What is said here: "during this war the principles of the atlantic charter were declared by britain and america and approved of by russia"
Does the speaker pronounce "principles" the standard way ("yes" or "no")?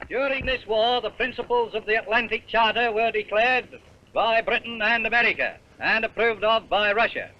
yes